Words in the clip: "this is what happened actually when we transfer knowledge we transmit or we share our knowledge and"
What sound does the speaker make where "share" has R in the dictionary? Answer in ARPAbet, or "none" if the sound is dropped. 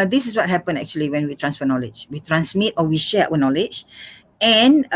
W